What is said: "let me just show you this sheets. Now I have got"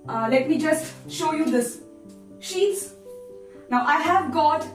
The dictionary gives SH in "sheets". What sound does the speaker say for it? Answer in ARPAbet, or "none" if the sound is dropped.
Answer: SH